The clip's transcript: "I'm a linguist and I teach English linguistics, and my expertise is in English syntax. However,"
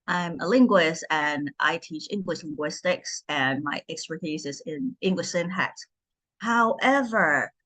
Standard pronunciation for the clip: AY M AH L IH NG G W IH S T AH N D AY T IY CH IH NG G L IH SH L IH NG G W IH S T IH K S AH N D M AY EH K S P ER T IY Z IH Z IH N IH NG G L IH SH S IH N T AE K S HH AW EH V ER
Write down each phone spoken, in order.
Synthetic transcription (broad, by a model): AY M AH L IH NG G W IH S T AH N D AY T IY CH IH NG G L IH SH L IH NG G W IH S T IH K S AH N M AY EH K S P ER T IY Z IH Z IH N IH NG G L IH SH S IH N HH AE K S HH AW EH V ER